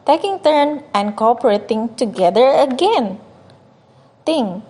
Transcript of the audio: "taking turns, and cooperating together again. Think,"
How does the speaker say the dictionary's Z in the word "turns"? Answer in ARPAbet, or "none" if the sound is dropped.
none